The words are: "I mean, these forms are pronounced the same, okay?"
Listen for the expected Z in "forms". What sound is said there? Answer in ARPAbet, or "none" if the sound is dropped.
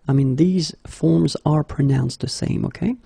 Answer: Z